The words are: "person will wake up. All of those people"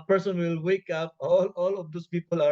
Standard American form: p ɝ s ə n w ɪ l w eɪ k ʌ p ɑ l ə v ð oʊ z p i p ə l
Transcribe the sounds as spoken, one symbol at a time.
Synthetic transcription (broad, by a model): p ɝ s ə n w ɪ l w eɪ k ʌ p ɑ l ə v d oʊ s p i p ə l